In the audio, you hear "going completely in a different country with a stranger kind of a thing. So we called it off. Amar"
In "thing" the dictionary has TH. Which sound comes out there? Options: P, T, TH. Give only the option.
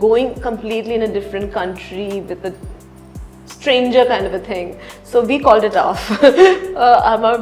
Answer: T